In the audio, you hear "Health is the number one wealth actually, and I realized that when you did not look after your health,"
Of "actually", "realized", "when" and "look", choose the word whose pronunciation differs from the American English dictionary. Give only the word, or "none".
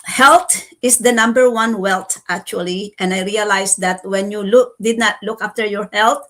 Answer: realized